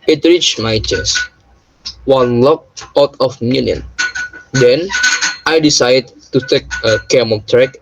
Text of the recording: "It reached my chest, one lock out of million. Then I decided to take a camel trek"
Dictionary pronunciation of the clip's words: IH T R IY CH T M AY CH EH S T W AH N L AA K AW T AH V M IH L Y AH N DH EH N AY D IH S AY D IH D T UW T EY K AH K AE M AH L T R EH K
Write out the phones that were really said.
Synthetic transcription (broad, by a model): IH T R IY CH M AY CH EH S W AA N L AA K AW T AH F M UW N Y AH N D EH N AY D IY S AY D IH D T UW T EY K AH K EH M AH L T R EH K